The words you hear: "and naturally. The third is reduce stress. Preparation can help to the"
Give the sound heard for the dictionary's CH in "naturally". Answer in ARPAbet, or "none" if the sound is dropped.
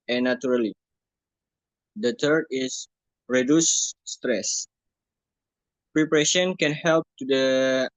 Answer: none